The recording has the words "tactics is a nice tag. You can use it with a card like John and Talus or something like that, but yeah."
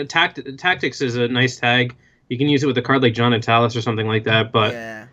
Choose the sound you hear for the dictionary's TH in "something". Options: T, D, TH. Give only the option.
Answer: TH